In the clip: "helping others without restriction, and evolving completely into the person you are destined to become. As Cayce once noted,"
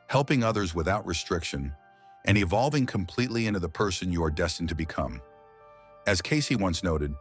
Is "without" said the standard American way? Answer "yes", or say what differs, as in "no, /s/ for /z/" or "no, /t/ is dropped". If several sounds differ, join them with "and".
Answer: yes